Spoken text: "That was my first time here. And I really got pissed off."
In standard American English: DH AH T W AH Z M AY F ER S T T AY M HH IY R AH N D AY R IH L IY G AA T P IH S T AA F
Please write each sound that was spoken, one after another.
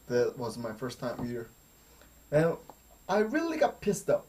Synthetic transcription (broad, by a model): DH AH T W AH Z M AY F ER S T T AY M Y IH R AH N AY R IH L IY G AA T P IH S T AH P